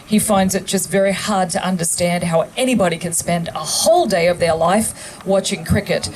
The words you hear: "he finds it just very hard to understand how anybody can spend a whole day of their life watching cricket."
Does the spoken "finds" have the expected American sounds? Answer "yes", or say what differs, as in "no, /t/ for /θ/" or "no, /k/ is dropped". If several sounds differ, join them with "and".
yes